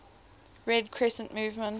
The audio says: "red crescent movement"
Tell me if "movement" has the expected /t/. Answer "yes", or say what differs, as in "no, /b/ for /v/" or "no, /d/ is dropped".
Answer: no, /t/ is dropped